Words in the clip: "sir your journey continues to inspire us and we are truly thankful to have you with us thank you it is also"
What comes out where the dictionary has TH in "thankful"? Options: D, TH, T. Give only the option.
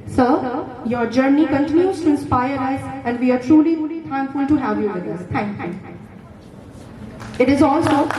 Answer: T